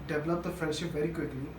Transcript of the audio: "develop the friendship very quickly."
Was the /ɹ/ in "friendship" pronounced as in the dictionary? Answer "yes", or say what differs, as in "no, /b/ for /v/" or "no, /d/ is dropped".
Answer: no, /ɹ/ is dropped